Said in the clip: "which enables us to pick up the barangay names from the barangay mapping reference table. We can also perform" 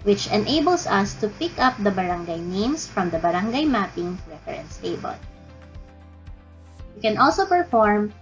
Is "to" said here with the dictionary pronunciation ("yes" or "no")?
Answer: yes